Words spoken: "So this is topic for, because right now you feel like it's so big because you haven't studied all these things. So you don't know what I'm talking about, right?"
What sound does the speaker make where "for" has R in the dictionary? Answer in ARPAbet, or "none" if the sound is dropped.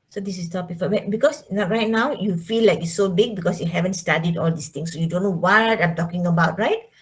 W